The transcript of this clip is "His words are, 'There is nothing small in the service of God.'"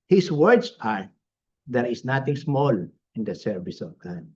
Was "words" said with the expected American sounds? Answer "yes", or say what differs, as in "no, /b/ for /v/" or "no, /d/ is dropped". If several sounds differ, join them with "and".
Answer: no, /s/ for /z/